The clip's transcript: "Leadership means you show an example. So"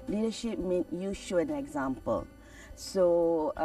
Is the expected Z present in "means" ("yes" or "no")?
no